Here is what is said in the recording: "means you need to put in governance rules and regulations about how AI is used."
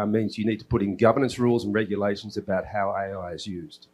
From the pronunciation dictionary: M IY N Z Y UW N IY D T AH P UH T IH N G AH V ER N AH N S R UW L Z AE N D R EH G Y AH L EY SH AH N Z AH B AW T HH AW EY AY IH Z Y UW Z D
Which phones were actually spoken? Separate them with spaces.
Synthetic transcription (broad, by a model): M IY N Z Y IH N IY D T AH P UH T IH N G AH V ER N AH N S R UW L Z N R EH G Y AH L EY SH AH N Z AH B AW T HH AW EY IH IH Z Y UW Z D